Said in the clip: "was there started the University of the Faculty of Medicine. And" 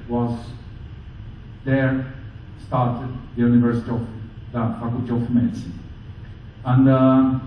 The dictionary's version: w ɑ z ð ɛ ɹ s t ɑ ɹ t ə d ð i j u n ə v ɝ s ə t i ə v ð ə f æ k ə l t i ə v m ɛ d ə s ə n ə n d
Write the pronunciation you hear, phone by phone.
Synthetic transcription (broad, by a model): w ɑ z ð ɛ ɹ s t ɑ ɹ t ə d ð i j u n ə v ɝ s ə t i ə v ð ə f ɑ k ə t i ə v m ɛ d ə s ə n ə n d